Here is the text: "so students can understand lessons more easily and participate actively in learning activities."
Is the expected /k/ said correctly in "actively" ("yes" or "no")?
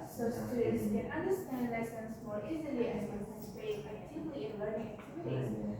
no